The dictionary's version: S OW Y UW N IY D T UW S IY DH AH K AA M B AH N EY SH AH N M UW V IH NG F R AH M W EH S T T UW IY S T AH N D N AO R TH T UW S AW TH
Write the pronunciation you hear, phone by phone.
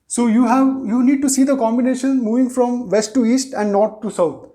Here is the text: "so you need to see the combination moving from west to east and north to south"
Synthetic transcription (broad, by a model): S OW Y UW N IY D T UW S IY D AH K AA M B AH N EY SH AH N M UW V IH NG F R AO M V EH S T T UW IY S T AH N D N AO R T UW S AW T